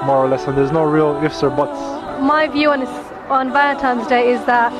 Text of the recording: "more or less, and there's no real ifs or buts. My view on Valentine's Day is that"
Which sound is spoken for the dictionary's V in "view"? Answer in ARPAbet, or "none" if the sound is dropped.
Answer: V